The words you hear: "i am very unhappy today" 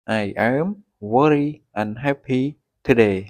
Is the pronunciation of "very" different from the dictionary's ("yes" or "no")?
yes